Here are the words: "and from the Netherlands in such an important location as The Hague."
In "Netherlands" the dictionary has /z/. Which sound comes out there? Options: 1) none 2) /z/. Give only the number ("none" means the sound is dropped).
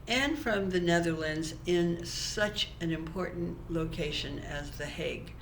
2